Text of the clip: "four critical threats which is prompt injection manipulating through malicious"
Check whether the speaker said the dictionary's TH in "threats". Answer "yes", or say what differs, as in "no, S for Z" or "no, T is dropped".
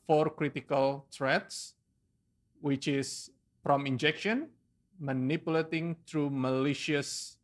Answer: no, T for TH